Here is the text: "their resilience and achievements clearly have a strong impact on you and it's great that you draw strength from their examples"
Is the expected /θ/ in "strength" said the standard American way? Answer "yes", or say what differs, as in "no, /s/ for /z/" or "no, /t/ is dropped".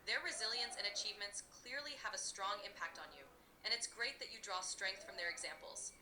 yes